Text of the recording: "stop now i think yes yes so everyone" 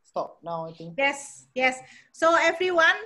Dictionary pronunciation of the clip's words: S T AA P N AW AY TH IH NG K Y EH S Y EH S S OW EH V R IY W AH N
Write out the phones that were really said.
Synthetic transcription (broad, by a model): S T AA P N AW AY T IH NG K Y EH S Y EH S S OW EH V R IY W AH N